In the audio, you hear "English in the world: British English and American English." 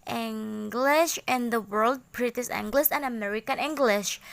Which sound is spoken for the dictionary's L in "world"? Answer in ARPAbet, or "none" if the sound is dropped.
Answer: L